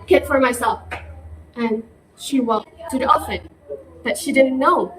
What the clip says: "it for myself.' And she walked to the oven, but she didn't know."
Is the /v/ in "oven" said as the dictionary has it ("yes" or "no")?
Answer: no